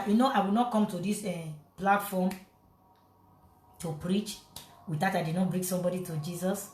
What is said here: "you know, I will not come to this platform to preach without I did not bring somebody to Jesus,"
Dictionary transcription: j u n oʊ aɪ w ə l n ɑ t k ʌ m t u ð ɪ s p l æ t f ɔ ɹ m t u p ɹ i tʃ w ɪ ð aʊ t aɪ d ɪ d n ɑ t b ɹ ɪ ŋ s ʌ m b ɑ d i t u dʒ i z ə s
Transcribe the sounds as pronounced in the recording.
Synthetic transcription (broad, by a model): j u n oʊ aɪ w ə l n ɑ t k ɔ m t u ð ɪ s p l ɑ t f ɔ m t u p ɹ i tʃ w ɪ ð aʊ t aɪ d ɪ d n ɑ t b ɹ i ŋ s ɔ m b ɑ d i t u dʒ i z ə s